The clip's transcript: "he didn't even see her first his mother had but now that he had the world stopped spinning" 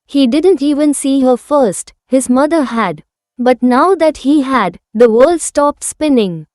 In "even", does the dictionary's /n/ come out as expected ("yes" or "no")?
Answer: yes